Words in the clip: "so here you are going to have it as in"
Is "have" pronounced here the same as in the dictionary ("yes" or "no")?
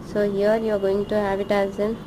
no